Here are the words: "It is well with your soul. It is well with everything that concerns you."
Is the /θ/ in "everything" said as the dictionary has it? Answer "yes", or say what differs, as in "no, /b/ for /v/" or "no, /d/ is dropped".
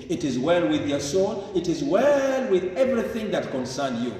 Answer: yes